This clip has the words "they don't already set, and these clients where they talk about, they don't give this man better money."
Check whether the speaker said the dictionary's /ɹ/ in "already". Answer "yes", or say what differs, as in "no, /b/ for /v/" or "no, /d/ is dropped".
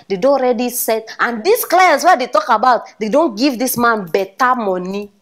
yes